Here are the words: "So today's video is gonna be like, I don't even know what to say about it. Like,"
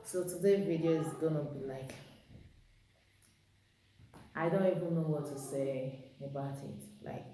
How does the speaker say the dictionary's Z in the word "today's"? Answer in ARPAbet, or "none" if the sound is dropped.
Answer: none